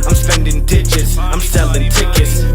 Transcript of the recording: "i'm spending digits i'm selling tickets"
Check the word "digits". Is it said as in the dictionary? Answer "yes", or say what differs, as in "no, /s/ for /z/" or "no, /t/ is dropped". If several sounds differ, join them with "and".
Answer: no, /tʃ/ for /dʒ/